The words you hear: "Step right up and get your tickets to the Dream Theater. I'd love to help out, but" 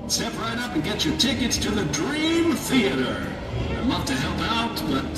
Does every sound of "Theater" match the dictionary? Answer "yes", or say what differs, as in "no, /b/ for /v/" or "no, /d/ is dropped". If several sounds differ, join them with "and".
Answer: yes